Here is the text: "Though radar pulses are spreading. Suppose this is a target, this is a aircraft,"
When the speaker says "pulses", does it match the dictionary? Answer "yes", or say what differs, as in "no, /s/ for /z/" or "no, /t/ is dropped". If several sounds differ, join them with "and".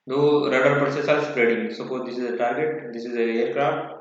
no, /s/ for /z/